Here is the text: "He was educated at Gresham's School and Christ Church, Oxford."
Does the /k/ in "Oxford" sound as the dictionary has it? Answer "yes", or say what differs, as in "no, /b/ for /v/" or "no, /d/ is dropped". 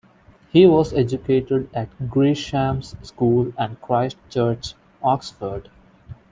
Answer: yes